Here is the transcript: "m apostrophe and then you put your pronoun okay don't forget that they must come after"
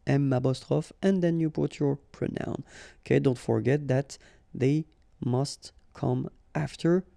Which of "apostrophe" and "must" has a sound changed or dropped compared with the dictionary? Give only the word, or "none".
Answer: apostrophe